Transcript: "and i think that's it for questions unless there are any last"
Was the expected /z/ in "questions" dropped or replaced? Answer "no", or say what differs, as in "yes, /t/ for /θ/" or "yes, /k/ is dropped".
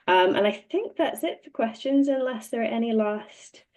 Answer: no